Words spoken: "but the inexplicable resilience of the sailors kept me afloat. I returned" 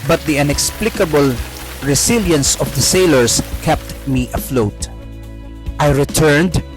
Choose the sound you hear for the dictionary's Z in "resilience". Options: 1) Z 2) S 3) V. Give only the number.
2